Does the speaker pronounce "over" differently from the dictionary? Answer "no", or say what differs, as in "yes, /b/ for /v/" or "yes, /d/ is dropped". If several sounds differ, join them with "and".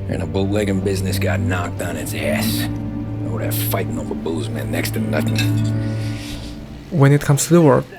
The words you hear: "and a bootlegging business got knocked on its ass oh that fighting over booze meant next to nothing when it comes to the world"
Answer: yes, /b/ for /v/